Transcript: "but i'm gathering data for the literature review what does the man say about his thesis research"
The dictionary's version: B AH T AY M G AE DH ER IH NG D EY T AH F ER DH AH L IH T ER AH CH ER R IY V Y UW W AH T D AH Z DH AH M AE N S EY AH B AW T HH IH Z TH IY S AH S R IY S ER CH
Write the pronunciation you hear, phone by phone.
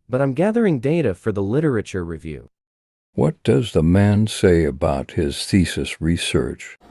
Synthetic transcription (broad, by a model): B AH T AY M G AE DH ER IH NG D EY T AH F ER DH AH L IH T ER AH CH ER R IY V Y UW W AH T D AH Z DH AH M AE N S EY AH B AW T HH IH Z TH IY S AH S R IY S ER CH